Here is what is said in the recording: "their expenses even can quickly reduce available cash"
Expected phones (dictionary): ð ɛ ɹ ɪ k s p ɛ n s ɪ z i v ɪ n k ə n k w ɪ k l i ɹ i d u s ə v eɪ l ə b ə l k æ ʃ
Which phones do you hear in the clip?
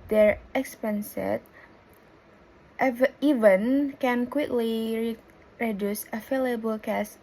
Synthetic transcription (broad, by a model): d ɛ ɹ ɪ k s p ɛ n s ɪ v i v ɪ n k ə n k w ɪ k l i ɹ i d u s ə f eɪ l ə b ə l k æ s